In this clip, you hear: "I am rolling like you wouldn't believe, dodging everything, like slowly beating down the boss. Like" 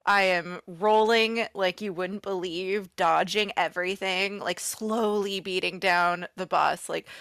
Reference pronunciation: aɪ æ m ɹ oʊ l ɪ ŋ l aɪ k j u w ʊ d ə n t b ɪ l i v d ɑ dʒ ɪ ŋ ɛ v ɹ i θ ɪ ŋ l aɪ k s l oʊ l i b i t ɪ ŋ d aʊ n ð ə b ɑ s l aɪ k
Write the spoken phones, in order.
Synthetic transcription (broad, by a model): aɪ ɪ m ɹ oʊ l ɪ ŋ l aɪ k j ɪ w ʊ d n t b ɪ l i v d ɑ dʒ ɪ ŋ ɛ v ɹ i θ ɪ ŋ l aɪ k s l oʊ l i b i t ɪ ŋ d aʊ n ð ə b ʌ s l aɪ k